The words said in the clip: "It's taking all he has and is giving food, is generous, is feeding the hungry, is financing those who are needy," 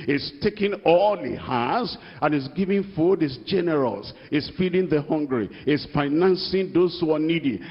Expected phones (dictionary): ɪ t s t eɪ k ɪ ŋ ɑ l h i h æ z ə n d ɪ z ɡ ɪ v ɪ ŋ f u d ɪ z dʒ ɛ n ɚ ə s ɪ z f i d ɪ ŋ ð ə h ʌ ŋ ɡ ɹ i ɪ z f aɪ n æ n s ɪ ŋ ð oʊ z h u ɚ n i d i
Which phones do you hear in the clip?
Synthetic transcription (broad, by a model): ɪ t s t eɪ k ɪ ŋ ɑ l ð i h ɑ s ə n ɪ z ɡ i v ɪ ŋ f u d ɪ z dʒ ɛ n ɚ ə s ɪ s f i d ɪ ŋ ð ə h ʌ ŋ ɡ ɹ i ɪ s f aɪ n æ n s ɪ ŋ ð oʊ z h u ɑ n i d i